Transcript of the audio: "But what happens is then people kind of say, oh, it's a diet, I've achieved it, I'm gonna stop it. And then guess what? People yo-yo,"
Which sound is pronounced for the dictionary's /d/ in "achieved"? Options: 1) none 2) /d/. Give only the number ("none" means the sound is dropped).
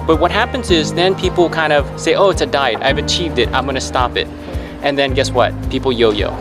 2